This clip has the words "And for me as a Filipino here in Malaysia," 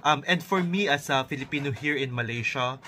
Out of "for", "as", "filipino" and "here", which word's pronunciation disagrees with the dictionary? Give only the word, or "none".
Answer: as